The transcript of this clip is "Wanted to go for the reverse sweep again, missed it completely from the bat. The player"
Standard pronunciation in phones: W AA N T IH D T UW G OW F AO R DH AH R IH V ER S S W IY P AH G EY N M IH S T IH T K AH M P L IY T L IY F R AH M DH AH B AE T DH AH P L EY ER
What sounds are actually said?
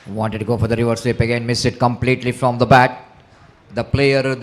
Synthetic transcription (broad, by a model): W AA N T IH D T UW G OW F AO R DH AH R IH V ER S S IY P AH G EY N M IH S IH T K AH M P L IY T L IY F R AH M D AH B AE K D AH P L EY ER